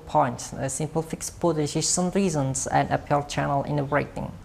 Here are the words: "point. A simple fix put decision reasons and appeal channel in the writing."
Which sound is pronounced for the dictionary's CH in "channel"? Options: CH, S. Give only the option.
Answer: CH